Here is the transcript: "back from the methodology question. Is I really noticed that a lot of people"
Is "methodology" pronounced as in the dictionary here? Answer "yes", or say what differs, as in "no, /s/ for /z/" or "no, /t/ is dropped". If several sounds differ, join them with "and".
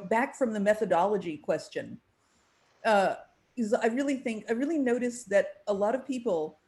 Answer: yes